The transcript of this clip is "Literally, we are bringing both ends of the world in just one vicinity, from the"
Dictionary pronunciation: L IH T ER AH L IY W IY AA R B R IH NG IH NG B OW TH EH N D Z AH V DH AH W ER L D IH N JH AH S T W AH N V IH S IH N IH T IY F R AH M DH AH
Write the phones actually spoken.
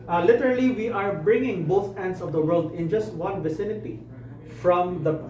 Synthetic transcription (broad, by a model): L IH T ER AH L IY W IY AA R B R IH NG IH NG B OW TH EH N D S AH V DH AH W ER L D IH N JH AH S T W AH N V IH S IH N IH T IY F R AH M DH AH